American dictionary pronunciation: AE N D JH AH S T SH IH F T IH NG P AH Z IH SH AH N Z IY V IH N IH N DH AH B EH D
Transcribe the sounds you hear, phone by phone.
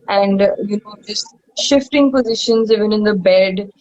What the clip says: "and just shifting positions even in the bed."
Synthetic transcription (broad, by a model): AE N D JH AH S T SH IH F T IH NG P AH Z IH SH AH N Z IY V IH N IH N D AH B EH D